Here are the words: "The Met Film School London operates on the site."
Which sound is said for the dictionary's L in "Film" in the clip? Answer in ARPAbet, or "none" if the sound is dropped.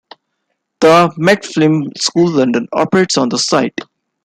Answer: none